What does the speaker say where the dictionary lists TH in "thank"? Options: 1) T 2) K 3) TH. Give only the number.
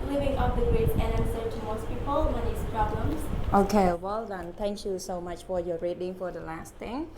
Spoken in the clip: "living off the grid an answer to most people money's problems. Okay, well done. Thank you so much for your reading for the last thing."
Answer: 1